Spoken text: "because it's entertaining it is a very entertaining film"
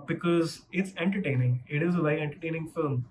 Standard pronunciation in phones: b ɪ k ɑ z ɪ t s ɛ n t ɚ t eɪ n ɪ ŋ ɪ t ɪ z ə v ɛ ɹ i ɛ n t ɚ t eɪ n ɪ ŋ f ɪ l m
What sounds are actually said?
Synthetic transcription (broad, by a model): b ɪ k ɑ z ɪ t s ɛ n t ɚ t eɪ n ɪ ŋ ɪ t ɪ z ə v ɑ i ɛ n t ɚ t eɪ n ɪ ŋ f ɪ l m